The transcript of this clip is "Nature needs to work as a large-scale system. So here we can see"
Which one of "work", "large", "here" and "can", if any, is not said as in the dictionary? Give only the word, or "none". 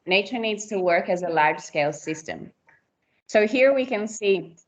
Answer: large